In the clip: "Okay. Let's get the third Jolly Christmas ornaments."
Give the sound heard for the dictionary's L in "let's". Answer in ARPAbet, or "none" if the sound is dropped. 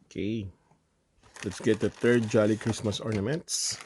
L